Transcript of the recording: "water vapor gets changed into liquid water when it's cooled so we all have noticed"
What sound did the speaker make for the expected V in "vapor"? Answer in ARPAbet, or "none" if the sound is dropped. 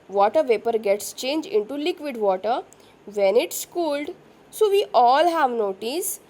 V